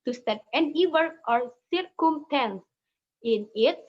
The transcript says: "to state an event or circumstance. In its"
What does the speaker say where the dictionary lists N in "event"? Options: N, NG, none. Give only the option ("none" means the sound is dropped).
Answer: none